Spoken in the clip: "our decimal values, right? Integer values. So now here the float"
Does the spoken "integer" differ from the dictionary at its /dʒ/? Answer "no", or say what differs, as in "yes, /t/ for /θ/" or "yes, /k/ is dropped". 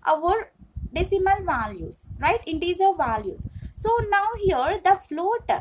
yes, /z/ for /dʒ/